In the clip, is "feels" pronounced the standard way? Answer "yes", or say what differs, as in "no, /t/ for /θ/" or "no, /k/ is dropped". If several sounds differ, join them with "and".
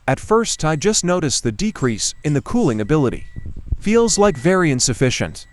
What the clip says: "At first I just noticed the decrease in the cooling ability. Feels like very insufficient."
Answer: yes